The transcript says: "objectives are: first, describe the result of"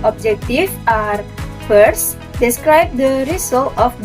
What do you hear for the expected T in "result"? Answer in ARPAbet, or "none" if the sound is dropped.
none